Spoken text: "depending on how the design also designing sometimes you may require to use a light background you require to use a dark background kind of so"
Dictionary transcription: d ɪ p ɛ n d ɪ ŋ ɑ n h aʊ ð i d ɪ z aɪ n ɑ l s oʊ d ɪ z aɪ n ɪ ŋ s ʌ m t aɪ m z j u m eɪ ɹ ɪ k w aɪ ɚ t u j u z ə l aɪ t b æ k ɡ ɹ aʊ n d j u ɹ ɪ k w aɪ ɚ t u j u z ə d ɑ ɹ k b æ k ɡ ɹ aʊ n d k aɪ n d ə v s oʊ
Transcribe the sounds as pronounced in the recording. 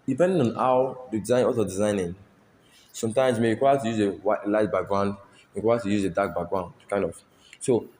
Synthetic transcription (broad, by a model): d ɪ p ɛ n d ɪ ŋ ɑ n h aʊ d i d ɪ z aɪ n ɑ s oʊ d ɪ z aɪ n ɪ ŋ s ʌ m t aɪ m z m eɪ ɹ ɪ k w aɪ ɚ t u j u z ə l aɪ t b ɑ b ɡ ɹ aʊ n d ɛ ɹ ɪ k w aɪ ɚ t u j u z ə d ɑ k b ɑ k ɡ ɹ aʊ n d k aɪ n d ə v s oʊ